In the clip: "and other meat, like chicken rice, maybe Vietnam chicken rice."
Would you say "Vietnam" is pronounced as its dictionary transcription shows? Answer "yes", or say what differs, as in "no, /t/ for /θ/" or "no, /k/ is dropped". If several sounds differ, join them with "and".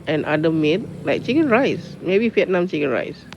no, /f/ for /v/